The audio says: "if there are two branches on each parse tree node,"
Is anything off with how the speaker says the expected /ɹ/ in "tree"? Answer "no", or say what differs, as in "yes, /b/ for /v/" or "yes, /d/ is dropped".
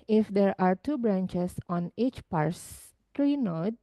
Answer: no